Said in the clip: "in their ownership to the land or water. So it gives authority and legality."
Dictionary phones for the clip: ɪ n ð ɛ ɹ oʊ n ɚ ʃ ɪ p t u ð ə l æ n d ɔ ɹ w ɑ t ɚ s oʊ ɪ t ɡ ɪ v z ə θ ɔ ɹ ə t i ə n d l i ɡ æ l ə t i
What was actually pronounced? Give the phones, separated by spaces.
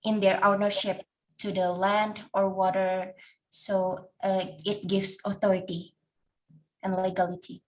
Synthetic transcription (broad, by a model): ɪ n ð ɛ ɹ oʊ n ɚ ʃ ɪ p t u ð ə l æ n d ɔ ɹ w ɑ t ɚ s oʊ ɪ t ɡ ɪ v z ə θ ɔ ɹ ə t i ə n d l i ɡ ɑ l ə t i